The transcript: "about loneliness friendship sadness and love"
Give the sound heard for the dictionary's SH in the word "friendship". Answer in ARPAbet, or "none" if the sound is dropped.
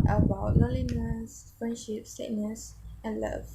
SH